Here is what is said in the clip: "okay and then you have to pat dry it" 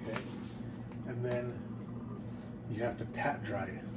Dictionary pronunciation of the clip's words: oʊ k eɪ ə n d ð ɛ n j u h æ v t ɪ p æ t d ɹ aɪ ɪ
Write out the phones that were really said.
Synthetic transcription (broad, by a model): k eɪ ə n ð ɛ n j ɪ h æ f t ɪ p æ t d ɹ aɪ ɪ